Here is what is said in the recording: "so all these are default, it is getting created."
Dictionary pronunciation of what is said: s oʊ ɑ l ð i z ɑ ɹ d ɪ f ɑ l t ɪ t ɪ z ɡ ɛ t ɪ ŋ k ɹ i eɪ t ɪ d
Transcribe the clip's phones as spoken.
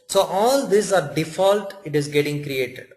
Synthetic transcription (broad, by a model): s oʊ ɑ l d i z ɑ ɹ d ɪ f ɑ l t ɪ t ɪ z ɡ ɛ t ɪ ŋ k ɹ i eɪ t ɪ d